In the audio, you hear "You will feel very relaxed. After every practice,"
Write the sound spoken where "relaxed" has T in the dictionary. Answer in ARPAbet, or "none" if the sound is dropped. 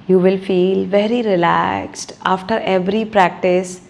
T